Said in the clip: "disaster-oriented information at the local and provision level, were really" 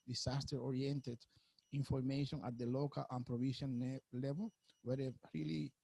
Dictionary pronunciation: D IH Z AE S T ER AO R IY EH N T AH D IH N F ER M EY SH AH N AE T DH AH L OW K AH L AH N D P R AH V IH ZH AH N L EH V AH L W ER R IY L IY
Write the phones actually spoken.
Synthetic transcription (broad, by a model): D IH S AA S T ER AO R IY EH N T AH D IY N F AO M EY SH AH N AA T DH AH L OW K AH L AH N P R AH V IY SH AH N L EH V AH L W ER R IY L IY